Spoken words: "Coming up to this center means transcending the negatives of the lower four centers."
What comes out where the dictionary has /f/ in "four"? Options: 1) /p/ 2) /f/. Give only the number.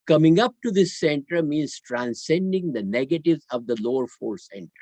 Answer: 2